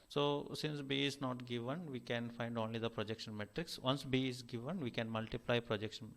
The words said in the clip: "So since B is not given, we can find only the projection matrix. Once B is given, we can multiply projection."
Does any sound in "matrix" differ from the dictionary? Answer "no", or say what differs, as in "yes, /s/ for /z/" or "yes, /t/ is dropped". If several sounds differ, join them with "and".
no